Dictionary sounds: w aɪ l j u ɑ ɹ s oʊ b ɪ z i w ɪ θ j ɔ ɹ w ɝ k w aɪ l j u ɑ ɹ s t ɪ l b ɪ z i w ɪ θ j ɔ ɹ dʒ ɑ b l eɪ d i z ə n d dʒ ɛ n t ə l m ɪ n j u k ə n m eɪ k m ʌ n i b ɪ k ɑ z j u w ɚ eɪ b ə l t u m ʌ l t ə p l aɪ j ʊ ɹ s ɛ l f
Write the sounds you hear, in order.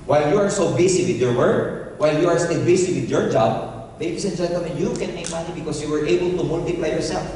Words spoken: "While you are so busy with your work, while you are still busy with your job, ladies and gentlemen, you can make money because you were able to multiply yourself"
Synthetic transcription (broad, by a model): w aɪ l j u ɑ ɹ s oʊ b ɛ s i w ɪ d j ɔ ɹ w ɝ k w aɪ l j u ɑ ɹ s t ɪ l b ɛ s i w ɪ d j ɔ ɹ dʒ ɑ b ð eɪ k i s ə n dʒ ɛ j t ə m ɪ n j u k ə n m eɪ k m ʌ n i b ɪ k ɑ s j u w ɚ eɪ b ə l t u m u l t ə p l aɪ j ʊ ɹ s ɛ l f